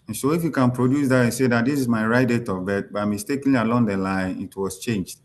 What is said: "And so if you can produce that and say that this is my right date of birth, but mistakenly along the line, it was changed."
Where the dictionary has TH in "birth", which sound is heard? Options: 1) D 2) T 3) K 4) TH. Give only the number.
2